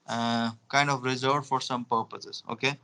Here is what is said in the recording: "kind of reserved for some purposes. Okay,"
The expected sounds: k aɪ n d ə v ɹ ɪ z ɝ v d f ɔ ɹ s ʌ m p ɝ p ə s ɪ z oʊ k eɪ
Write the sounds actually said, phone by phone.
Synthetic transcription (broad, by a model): k aɪ n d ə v ɹ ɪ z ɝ d f ɔ ɹ s ʌ m p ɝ p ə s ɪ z oʊ k eɪ